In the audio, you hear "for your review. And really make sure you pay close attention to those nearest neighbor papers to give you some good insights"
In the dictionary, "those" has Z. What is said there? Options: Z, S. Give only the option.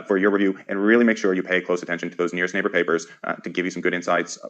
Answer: Z